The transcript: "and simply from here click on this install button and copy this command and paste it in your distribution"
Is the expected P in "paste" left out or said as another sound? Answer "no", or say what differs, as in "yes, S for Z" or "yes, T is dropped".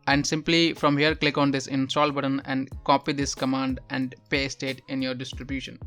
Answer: no